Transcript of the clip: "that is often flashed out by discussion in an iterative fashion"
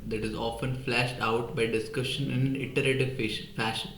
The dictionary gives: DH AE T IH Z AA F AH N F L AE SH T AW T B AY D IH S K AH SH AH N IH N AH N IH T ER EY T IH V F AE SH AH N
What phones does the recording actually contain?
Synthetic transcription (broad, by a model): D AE T IH Z AA F AH N F L AE SH T AW T B AY D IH S K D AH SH IH N AH N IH T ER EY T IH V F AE SH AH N